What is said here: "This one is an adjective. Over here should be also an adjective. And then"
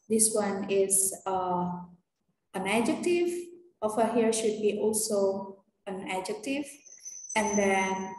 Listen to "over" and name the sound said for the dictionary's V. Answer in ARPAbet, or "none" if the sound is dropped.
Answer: F